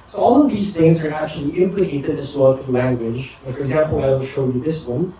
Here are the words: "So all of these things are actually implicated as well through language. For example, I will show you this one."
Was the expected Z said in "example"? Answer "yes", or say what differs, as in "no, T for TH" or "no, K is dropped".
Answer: yes